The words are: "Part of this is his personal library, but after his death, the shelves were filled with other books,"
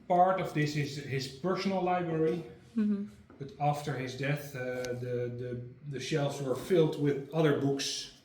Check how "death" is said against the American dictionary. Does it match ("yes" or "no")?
yes